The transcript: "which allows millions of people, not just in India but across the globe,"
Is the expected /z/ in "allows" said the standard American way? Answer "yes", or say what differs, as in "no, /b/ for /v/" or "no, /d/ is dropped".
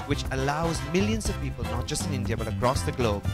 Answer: yes